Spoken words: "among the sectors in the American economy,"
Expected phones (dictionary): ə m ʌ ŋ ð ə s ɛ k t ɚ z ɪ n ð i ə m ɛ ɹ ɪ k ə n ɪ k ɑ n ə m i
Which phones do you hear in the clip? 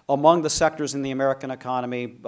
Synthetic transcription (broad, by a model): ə m ʌ ŋ ð ə s ɛ k t ɚ z ɪ n ð i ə m ɛ ɹ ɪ k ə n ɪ k ɑ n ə m i